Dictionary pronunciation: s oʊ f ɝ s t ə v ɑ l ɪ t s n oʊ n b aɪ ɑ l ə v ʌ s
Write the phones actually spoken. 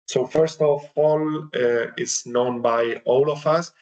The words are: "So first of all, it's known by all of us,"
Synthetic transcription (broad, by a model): s oʊ f ɝ s t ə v ɑ l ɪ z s n oʊ n b aɪ ɑ l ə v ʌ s